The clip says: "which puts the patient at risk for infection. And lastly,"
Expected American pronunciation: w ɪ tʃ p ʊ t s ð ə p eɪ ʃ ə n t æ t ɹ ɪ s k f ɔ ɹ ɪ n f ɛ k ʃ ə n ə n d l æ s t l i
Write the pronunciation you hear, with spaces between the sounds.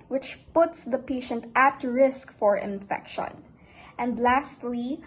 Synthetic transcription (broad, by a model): w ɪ tʃ p ʊ t s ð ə p eɪ ʃ ə n t æ t ɹ ɪ s k f ɔ ɹ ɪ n f ɛ k ʃ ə n ə n d l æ s t l i